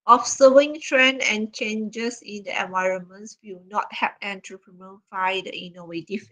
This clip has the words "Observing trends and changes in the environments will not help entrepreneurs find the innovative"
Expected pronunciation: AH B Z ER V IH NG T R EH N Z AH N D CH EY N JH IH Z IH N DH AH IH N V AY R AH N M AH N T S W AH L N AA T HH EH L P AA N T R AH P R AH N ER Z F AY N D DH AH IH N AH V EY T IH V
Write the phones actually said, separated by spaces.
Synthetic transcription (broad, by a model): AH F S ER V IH NG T R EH N AH N CH EY N JH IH S IH N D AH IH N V AY R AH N M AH N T S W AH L N AA T HH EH P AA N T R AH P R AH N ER F AY D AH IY N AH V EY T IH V